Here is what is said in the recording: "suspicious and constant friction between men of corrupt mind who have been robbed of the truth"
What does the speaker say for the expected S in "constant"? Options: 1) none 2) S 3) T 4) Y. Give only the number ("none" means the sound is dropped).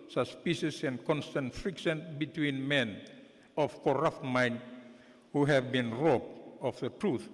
2